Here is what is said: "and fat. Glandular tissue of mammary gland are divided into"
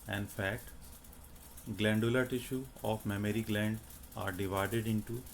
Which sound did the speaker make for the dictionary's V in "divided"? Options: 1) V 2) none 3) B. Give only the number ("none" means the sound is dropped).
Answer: 1